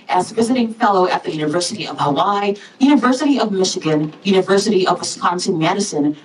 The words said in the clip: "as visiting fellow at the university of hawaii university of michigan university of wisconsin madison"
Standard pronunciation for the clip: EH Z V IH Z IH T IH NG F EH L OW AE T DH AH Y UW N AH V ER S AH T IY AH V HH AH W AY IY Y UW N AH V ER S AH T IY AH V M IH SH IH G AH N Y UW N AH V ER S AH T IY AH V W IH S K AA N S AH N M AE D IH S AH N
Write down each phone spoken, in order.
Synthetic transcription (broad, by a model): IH Z V IH Z IH T IH NG F EH L OW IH T DH AH Y UW N AH V ER S AH T IY AH V HH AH W AY Y UW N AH V ER S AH T IY AH V M IH SH IH G AH N Y UW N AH V ER S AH T IY AH V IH S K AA N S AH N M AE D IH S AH N